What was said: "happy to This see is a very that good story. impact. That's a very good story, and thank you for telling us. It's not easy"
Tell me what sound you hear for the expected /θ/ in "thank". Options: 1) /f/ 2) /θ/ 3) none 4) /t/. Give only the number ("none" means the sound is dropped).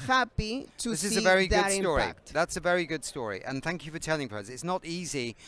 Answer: 2